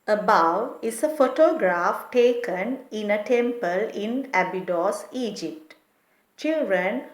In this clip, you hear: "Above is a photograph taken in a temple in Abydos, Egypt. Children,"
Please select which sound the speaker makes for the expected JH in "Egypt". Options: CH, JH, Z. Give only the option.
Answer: JH